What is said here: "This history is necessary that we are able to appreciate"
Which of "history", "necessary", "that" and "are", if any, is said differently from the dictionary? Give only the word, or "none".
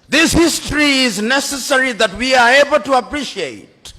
none